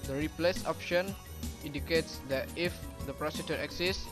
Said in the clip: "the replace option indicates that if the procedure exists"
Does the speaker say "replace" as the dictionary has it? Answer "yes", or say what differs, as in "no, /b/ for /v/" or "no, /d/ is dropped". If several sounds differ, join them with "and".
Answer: yes